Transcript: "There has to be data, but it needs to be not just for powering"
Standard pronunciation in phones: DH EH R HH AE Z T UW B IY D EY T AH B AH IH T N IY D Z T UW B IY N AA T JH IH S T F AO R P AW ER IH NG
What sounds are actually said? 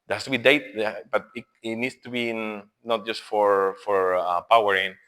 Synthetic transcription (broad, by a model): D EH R HH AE S T UW B IY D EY T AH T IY IH T N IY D S T UW B IY N AA T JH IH S T F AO R P AW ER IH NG